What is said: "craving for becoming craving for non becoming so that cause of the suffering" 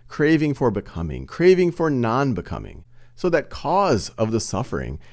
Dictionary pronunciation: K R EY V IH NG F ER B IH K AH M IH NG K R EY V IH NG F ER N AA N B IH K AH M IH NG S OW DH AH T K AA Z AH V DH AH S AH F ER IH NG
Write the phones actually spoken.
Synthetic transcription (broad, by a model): K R EY V IH NG F ER B IH K AH M IH NG K R EY V IH NG F ER N AA N B IH K AH M IH NG S OW DH AH T K AA Z AH V DH AH S AH F ER IH NG